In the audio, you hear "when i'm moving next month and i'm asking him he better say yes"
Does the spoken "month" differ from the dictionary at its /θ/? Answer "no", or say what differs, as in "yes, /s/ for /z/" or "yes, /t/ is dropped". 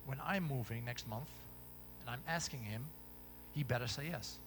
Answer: no